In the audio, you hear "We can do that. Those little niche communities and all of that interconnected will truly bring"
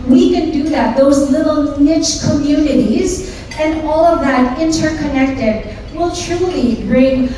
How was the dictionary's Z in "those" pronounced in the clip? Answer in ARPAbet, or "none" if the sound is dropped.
Z